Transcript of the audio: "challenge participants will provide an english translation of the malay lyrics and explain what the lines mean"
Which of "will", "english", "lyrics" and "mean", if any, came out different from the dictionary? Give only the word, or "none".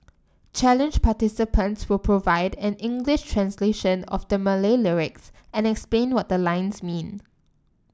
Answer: none